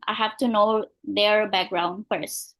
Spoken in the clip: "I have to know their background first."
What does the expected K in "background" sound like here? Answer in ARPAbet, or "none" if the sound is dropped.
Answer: K